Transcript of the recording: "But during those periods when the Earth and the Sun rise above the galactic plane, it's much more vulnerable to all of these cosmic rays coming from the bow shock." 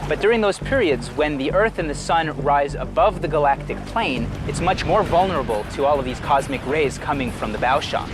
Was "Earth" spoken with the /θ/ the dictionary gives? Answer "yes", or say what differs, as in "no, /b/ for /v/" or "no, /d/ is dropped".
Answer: yes